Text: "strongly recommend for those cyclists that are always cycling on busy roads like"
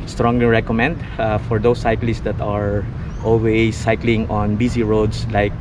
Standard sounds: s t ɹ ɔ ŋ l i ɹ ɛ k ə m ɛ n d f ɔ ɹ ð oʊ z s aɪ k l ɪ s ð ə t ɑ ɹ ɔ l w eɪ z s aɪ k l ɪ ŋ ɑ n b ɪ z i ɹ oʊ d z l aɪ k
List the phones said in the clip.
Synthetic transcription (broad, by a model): s t ɹ ɔ ŋ l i ɹ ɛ k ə m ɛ n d f ɔ ɹ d oʊ s aɪ k l ɪ s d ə t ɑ ɹ ɔ l w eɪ s aɪ k l ɪ ŋ ɑ n b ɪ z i ɹ oʊ d s l aɪ k